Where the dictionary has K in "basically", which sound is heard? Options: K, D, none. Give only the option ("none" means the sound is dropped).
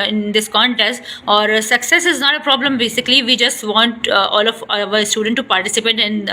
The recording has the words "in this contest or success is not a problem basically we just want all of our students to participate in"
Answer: K